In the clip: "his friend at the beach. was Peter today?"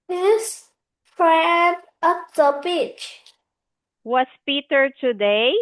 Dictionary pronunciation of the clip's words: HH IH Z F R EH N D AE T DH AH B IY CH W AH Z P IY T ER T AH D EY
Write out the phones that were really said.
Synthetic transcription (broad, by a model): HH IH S F R EH N D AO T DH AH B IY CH W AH S P IY T ER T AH D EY